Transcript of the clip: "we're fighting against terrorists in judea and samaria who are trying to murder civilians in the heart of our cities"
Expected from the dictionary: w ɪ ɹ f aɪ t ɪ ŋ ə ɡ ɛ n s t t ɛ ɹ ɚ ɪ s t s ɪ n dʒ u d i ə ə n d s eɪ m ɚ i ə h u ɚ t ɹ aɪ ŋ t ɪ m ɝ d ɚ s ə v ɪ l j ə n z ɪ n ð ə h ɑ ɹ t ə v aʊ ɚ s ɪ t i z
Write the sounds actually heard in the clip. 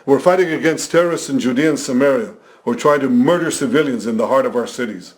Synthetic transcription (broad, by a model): w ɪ ɹ f aɪ t ɪ ŋ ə ɡ ɛ n s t t ɛ ɹ ɚ ɪ s t s ɪ n dʒ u d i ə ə n s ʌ m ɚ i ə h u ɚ t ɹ aɪ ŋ t ɪ m ɝ d ɚ s ə v ɪ l j ə n z ɪ n ð ə h ɑ ɹ t ə v aʊ ɚ s ɪ t i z